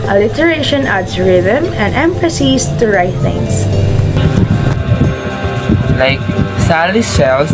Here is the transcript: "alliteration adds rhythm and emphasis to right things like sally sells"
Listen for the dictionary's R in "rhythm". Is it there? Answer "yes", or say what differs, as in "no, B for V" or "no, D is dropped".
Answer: yes